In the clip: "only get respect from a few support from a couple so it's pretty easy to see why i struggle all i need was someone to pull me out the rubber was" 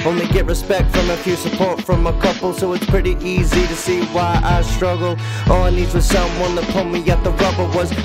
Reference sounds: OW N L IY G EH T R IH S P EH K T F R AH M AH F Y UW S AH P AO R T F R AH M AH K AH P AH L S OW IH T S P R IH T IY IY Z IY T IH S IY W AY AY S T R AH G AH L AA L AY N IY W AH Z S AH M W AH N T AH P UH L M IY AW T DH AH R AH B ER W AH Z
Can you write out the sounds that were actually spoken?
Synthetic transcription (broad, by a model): OW N L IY G EH T R IH S P EH K T F R AH M AH F Y UW S AH P AO R T F R AH M AH K AH P L S OW IH T S P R IH T IY IY Z IY T IH S IY W AY AY S T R AH G L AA N IY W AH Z S AH M W AH N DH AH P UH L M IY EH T DH AH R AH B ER W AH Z